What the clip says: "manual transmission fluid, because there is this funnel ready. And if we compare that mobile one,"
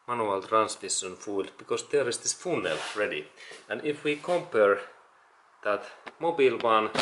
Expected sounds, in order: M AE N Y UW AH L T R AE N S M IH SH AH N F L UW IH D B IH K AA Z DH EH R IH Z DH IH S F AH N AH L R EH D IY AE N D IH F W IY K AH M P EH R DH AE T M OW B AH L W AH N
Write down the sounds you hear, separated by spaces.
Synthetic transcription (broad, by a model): M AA N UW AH L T R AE N S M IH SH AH N F UW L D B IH K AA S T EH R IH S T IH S F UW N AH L R EH D IY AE N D IH F W IY K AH M P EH R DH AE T M OW B AH L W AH N